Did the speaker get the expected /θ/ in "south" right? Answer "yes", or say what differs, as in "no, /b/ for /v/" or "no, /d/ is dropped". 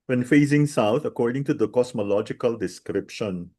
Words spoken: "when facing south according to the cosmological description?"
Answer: no, /t/ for /θ/